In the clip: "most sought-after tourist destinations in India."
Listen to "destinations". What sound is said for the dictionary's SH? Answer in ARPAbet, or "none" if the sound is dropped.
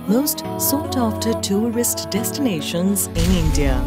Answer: SH